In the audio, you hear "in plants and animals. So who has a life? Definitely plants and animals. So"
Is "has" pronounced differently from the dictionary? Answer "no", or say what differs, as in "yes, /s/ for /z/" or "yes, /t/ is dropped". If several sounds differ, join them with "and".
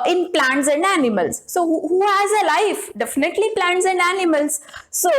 no